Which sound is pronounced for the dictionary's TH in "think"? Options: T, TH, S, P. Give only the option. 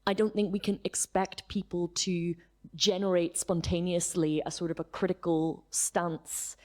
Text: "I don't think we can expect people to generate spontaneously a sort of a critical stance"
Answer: TH